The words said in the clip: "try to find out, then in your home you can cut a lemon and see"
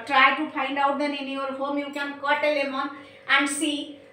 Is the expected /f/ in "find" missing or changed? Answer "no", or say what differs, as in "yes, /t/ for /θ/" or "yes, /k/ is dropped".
yes, /p/ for /f/